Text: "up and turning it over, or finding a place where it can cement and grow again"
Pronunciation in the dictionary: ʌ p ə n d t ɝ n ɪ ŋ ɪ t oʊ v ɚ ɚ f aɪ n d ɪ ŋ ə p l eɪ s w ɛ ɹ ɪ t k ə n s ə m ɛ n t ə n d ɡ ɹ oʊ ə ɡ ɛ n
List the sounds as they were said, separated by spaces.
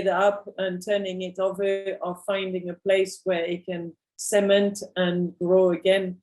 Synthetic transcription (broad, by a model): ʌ p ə n t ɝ n ɪ ŋ ɪ t oʊ v ɚ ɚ f aɪ n d ɪ ŋ ə p l eɪ s w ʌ ɹ ɪ t k ə n s ə m ɛ n t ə n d ɹ oʊ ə ɡ ɛ n